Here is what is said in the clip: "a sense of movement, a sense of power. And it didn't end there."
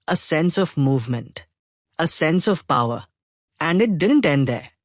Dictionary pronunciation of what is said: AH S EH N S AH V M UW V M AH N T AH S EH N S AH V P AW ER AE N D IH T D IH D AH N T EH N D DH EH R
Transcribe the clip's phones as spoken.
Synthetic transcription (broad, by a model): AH S EH N S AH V M UW V M AH N T AH S EH N S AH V P AW ER AE N D IH T D IH D AH N T EH N D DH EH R